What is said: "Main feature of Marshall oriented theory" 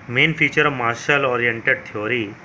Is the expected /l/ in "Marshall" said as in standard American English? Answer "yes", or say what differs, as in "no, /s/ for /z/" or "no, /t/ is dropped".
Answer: yes